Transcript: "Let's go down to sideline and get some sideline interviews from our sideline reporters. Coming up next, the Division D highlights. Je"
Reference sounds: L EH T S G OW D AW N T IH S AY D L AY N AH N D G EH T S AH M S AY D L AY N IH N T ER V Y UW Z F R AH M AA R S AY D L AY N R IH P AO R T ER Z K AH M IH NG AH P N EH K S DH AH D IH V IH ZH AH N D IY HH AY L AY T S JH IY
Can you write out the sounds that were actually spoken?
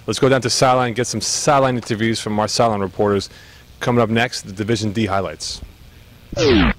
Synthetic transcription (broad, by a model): L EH T S G OW D AW N T IH S AY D L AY AH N G EH T S AH M S AY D L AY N IH N T ER V Y UW Z F R AH M AA R S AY L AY N R IH P AO R T ER Z K AH M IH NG AH P N EH K S DH AH D IH V IH ZH AH N D IY HH AY L AY T S